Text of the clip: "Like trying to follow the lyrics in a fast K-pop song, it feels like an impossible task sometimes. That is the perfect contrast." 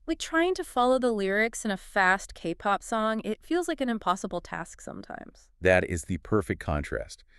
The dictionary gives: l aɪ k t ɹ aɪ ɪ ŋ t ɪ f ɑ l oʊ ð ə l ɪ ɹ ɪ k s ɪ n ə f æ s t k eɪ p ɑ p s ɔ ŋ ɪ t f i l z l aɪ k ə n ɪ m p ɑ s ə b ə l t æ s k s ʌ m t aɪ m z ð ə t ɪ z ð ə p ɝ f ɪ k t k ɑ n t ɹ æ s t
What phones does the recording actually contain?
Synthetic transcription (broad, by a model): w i t ɹ aɪ ɪ ŋ t ɪ f ɑ l oʊ ð ə l ɪ ɹ ɪ k s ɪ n ə f æ s t k eɪ p ɑ p s ɔ ŋ ɪ t f i l z l aɪ k ə n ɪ m p ɑ s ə b l t æ s k s ʌ m t aɪ m z ð ə t ɪ z ð ə p ɝ f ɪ k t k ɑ n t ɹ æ s t